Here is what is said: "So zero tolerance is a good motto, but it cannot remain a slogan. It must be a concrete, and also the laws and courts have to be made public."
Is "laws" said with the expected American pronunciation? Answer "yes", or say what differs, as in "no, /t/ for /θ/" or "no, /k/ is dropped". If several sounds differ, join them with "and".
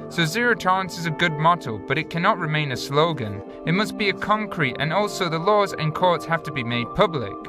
yes